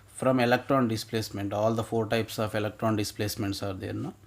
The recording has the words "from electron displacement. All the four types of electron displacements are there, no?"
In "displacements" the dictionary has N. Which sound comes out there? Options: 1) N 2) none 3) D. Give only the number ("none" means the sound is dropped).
1